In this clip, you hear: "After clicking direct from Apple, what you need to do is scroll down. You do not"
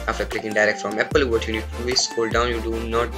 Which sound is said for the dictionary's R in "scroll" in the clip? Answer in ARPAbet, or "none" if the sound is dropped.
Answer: none